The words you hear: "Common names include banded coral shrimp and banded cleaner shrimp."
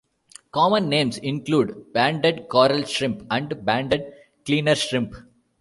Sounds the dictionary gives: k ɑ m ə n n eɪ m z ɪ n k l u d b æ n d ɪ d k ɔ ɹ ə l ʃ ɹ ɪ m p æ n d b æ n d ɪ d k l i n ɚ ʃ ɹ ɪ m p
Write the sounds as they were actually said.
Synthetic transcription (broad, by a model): k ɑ m ə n n eɪ m s ɪ n k l u d b æ n d ɪ d k ɔ ɹ ə l ʃ ɹ ɪ m p æ n d b æ n d ɪ d k l i n ɚ ʃ ɹ ɪ m p